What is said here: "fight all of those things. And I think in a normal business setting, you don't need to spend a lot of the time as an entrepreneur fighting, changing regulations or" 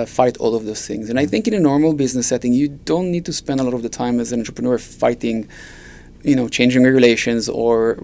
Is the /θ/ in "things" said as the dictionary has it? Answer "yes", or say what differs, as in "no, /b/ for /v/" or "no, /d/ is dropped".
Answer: yes